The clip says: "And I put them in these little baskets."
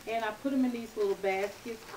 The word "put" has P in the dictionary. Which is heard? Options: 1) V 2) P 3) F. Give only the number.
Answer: 2